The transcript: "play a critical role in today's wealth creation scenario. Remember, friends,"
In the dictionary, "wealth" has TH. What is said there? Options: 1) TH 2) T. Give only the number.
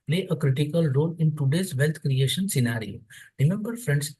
2